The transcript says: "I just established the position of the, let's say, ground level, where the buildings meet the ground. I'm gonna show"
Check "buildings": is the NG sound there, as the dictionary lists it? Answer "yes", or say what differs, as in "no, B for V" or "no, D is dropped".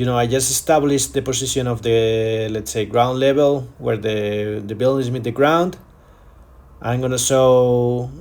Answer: no, NG is dropped